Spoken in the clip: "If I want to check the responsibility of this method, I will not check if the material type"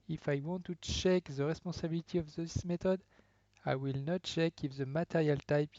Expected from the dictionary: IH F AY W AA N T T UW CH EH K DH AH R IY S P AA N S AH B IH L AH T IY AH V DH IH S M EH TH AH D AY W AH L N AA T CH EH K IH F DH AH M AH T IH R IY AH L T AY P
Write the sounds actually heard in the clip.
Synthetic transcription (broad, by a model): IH F AY W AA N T T UW CH EH K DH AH R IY S P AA S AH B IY L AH T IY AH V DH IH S M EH T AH D AY W AH L N AA T CH EH K IH F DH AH M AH T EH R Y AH L T AY P